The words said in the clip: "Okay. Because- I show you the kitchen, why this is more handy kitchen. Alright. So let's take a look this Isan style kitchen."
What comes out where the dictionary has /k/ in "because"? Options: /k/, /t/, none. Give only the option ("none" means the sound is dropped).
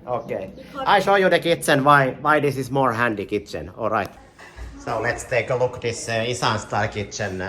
none